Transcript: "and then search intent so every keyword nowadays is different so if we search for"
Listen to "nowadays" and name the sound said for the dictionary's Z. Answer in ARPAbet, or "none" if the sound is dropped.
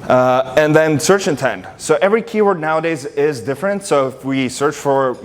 Z